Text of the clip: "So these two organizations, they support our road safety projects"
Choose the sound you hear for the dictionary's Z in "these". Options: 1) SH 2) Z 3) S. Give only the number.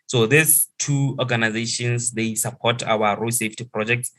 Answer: 3